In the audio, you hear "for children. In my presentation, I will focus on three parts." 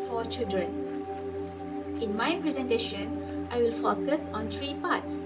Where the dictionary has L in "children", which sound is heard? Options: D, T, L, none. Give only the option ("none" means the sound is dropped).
L